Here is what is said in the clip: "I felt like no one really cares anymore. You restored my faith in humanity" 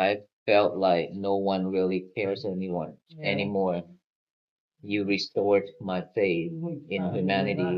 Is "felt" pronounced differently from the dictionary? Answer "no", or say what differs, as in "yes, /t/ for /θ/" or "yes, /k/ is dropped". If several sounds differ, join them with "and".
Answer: no